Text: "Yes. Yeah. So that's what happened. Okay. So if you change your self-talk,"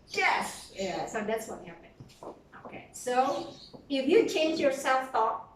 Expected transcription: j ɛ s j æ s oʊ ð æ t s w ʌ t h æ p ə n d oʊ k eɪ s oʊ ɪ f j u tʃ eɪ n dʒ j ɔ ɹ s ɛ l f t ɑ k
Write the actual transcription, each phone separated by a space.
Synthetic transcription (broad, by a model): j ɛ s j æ s oʊ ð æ t s w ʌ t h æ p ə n oʊ k eɪ s oʊ ɪ f j u tʃ eɪ n dʒ j ɔ ɹ s ɛ l f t ɑ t